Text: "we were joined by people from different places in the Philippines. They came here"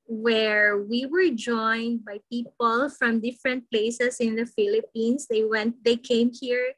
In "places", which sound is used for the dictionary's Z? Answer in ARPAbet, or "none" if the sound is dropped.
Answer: S